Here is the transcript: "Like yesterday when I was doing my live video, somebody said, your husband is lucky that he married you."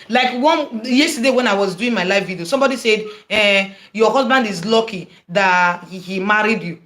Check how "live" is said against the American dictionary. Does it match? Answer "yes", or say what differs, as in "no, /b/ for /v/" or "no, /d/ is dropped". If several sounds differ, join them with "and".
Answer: no, /f/ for /v/